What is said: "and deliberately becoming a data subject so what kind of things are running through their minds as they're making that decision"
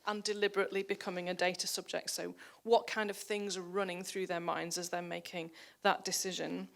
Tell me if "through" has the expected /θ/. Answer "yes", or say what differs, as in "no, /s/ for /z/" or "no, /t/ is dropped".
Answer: yes